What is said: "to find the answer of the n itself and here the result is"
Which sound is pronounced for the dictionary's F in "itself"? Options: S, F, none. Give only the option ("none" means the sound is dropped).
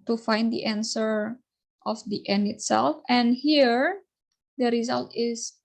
F